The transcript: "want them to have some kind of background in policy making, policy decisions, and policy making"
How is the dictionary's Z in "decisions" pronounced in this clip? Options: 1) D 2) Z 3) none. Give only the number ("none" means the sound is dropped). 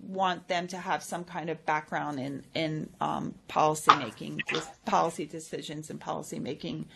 2